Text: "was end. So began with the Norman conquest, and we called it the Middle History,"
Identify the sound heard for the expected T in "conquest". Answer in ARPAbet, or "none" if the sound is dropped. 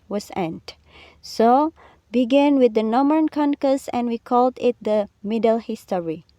none